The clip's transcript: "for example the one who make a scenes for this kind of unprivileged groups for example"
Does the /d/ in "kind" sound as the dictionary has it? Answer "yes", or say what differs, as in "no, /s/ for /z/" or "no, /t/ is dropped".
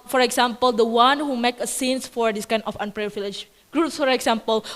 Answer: no, /d/ is dropped